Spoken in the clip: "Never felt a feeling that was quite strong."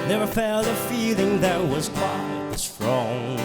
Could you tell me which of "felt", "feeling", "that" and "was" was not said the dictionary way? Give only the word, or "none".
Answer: felt